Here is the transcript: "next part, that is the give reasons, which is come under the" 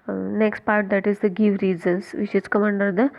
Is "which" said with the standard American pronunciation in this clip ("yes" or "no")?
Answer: no